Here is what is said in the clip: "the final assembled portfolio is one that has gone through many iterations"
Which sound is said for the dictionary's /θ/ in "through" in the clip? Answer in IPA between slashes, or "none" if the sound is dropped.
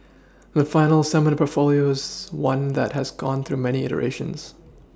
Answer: /θ/